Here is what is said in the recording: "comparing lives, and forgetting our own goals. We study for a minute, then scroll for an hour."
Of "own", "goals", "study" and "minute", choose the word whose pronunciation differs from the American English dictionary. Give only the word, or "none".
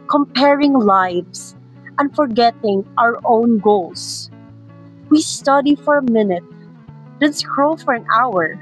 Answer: goals